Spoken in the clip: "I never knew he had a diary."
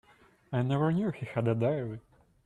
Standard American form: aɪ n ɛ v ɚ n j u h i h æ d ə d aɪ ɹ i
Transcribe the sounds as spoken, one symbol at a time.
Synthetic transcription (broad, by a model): aɪ n ɛ v ɚ n j u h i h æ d ə d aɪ l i